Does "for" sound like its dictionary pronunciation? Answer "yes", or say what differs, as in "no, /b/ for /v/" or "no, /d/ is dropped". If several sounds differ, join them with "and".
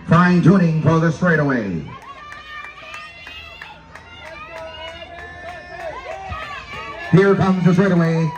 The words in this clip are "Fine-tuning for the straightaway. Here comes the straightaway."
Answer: no, /l/ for /ɹ/